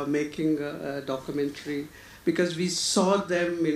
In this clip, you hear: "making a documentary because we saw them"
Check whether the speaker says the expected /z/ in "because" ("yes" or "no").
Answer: yes